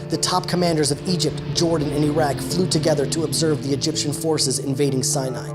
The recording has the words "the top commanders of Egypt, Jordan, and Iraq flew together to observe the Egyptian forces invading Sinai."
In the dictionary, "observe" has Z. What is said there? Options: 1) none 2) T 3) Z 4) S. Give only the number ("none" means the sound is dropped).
3